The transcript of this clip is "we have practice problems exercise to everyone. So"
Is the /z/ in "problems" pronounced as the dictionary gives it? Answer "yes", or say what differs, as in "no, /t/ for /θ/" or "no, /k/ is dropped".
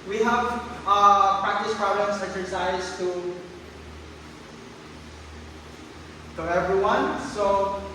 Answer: no, /s/ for /z/